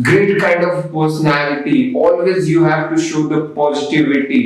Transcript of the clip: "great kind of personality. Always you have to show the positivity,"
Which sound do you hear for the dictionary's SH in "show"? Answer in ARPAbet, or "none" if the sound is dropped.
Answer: SH